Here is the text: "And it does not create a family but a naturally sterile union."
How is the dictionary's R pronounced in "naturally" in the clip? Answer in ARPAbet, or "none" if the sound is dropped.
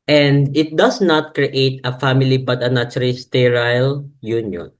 none